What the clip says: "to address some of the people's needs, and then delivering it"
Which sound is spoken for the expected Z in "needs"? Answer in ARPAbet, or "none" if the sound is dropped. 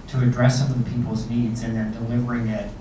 Z